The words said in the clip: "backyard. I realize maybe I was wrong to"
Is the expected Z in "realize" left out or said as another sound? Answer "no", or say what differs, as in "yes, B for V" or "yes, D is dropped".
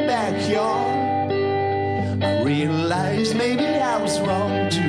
no